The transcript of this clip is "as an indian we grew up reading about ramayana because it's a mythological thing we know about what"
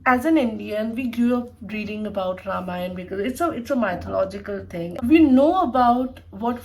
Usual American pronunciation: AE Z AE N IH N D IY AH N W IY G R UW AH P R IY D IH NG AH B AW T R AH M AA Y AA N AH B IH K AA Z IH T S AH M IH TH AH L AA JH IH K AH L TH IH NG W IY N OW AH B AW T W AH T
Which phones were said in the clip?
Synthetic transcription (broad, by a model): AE Z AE N IH N D IY AH N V IY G UW AH P R IY D IH NG AH B AW T R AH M AA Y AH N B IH K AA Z IH T S AH M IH T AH L AA JH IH K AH L T IH NG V IY N OW AH B AW T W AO T